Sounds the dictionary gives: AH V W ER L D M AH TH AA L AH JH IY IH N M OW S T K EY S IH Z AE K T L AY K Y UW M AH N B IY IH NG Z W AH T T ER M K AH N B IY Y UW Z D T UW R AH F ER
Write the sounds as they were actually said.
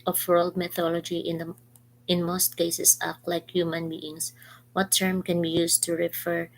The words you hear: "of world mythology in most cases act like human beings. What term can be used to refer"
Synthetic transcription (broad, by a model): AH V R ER L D M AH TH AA L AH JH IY IH N M OW S T K EY S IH S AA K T L AY K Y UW M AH N B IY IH NG S W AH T T ER M K AH N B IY Y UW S T UW R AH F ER